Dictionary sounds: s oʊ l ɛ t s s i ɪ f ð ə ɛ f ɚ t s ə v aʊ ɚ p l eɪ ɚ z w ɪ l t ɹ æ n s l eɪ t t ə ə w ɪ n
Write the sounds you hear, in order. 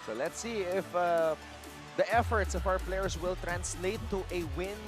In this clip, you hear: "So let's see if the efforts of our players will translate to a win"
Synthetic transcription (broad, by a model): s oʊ l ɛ t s s i ɪ f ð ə ɛ f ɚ t s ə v aʊ ɚ p l eɪ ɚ s w ɪ l t ɹ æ n s l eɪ t t ə w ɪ n